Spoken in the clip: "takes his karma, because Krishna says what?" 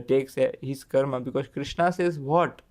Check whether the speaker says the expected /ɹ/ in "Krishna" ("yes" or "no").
yes